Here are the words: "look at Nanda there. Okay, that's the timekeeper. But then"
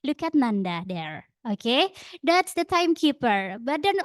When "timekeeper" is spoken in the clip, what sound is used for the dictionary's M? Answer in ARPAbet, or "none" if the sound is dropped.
M